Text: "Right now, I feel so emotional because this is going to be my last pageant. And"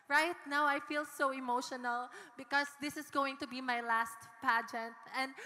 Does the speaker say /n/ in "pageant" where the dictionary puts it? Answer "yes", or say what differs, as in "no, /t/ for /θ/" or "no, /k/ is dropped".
yes